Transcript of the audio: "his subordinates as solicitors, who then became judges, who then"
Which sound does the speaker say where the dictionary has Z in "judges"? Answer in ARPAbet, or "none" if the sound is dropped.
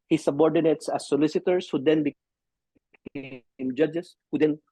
S